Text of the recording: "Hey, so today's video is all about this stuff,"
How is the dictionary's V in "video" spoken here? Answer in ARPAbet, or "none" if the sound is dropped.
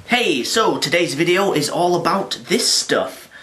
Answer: V